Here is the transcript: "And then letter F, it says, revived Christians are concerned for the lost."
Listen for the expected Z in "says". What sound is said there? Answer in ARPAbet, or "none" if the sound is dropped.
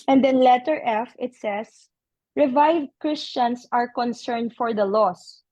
S